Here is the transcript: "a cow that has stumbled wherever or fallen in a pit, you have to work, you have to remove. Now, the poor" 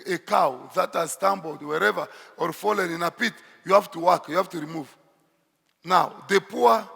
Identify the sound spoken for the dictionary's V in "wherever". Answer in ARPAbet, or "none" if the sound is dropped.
V